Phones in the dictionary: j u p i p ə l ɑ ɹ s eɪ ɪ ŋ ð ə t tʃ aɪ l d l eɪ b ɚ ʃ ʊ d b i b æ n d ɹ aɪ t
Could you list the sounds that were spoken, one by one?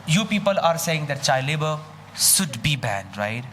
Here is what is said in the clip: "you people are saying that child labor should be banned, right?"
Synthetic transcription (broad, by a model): j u p i p ə l ɑ ɹ s eɪ ɪ ŋ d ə t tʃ aɪ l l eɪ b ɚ s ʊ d b i b æ n d ɹ aɪ t